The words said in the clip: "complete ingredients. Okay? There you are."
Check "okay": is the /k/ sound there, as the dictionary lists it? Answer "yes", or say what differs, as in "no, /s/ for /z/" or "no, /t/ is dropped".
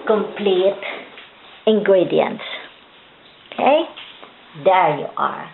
yes